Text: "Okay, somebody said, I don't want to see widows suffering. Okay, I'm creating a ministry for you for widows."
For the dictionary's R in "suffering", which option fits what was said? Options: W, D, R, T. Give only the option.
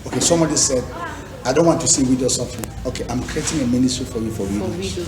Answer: W